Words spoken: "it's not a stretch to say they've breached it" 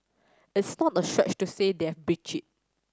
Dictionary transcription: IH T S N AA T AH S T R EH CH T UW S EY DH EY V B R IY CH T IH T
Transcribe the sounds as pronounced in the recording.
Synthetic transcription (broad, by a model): IH T S N AA T AH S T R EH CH T UW S EY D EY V B R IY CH IH T